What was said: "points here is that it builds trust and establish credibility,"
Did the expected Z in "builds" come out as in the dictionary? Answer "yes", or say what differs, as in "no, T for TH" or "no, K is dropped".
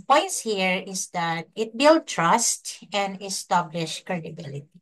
no, Z is dropped